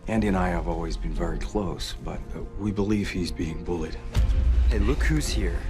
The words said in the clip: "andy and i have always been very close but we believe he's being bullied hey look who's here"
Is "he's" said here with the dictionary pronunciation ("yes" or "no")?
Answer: yes